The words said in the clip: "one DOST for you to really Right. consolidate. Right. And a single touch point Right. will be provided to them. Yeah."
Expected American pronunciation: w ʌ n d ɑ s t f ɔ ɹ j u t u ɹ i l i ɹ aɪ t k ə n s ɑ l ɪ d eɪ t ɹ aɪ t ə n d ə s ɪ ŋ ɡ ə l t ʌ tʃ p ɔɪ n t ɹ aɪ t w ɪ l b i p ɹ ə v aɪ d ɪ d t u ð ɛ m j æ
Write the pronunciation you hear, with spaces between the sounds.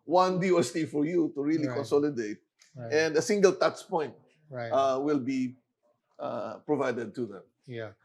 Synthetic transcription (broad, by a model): w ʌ n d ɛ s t f ɔ ɹ j u t u ɹ i l i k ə n s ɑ l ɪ d eɪ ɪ t ə n d ə s ɪ ŋ ɡ ə l t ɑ s p ɔɪ n t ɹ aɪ w ɪ l b i p ɹ ə v aɪ d ɪ d t u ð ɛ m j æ